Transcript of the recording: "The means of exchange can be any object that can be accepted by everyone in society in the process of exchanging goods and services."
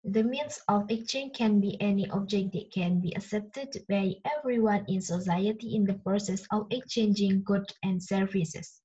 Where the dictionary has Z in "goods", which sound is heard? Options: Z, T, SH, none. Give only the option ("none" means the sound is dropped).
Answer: none